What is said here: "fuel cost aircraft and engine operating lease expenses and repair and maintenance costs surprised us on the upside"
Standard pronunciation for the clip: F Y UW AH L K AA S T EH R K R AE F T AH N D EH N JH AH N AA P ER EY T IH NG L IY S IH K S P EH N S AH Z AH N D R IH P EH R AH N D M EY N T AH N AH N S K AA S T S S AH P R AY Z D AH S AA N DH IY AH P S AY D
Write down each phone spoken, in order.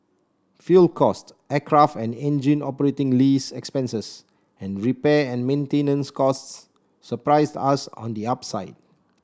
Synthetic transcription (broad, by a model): F Y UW L K AA S T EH K R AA F T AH N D EH N JH AH N AA P ER EY T IH NG L IY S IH K S P EH N S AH S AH N R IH P EH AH N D M EY N T AH N AH N S K AA S T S S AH P R AY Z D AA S AA N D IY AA P S AY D